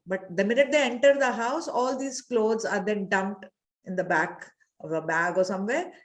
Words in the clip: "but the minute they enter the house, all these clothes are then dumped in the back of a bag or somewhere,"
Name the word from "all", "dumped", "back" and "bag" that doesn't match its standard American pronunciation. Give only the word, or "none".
dumped